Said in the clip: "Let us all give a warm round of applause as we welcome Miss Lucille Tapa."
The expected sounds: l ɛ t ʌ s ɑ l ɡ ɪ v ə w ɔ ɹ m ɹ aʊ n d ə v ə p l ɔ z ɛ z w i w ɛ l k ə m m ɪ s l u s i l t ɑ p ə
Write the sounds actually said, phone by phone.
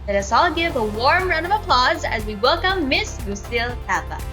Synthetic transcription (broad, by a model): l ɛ t ʌ s ɑ l ɡ ɪ v ə w ɔ ɹ m ɹ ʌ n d ə v ə p l ɔ z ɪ z w i w ɛ l k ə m m ɪ s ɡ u s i l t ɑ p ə